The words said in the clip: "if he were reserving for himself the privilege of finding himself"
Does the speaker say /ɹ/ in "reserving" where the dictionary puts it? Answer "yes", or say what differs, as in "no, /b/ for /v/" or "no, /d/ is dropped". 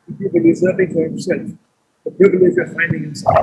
no, /l/ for /ɹ/